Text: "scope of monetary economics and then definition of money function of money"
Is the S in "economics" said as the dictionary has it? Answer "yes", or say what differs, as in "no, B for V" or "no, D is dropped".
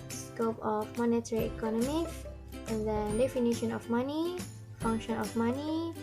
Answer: no, S is dropped